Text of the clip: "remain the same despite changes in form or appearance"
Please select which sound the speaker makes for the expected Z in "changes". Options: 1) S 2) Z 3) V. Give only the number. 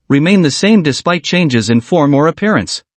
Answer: 2